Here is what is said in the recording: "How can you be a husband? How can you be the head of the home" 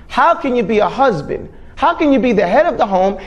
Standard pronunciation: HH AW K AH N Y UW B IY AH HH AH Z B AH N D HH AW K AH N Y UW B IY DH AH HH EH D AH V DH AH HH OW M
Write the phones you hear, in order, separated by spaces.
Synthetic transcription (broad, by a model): HH AW K AH N Y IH B IY AH HH AH Z B AH N D HH AW K AH N Y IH B IY DH AH HH EH D AH V DH AH HH OW M